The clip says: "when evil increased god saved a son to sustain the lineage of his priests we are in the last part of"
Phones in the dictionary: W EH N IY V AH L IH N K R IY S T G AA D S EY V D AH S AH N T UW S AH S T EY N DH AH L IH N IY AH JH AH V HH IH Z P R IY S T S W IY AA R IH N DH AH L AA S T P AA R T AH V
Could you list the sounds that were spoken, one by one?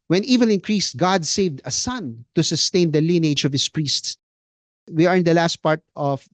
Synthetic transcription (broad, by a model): W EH N IY V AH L IH N K R IY S T G AA D S EY V D AH S AH N T UW S AH S T EY N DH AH L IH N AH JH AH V HH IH S P R IY S T S W IY AA R IH N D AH L AA S T P AA R T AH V